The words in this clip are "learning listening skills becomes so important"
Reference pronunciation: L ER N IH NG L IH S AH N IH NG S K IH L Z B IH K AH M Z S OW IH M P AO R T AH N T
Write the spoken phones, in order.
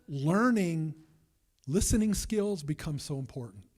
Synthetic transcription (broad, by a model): L ER N IH NG L IH S AH N IH NG S K IH L Z B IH K AH M S OW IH M P AO R T N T